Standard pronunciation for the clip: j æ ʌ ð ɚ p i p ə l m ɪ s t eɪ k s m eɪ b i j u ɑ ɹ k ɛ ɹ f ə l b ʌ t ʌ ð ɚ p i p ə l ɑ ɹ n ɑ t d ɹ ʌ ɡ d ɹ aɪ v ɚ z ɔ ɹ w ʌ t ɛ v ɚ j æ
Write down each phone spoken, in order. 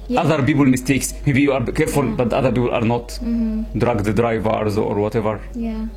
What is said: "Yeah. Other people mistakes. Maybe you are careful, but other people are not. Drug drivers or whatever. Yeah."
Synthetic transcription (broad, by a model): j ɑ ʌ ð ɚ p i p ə l m ɪ s t eɪ k s m eɪ b i j u ɑ ɹ k ɛ ɹ f ə l b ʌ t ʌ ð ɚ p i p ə l ɑ ɹ n ɑ t d ɹ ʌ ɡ d ɹ aɪ v ɚ z ɔ ɹ w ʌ t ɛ v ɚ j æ